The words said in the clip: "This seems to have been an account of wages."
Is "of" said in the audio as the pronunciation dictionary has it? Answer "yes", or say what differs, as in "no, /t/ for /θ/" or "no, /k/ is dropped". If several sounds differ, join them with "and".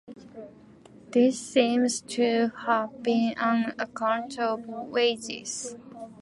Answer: no, /b/ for /v/